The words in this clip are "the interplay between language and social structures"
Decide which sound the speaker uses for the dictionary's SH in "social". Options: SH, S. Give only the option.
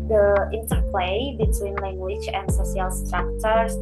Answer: S